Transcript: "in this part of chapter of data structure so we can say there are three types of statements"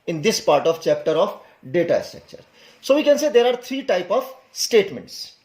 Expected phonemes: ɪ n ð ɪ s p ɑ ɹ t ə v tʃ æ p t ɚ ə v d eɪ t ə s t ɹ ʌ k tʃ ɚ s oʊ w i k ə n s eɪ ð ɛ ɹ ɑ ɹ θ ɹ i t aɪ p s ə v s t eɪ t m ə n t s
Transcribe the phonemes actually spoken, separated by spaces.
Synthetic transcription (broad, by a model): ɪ n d ɪ s p ɑ ɹ t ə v tʃ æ p t ɚ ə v d eɪ t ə s t ɹ ʌ k tʃ ɚ s oʊ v i k ə n s eɪ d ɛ ɹ ɑ ɹ t ɹ i t aɪ p ə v s t eɪ t m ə n t s